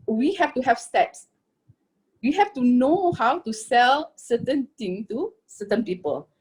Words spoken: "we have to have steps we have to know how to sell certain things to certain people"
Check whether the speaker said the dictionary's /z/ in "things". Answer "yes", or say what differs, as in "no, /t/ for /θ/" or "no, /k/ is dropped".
no, /z/ is dropped